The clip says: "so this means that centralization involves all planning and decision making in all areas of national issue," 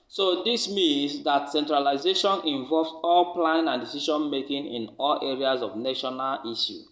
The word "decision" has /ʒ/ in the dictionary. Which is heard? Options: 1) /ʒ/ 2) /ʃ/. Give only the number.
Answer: 2